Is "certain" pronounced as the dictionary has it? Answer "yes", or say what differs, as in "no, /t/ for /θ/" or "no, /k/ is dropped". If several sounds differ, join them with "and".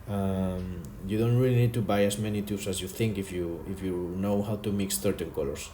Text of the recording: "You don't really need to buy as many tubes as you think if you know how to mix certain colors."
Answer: no, /θ/ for /s/